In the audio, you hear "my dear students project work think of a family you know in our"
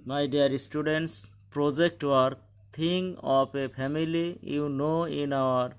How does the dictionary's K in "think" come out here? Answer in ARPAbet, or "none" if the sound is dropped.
none